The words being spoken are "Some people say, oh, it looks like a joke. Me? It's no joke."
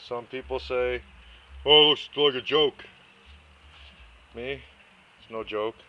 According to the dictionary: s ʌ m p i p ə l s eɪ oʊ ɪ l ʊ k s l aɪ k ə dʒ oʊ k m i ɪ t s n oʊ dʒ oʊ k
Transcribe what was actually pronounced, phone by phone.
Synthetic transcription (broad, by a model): s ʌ m p i p l s eɪ oʊ ɪ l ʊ s l aɪ k ə dʒ oʊ k m i ɪ t s n oʊ dʒ oʊ k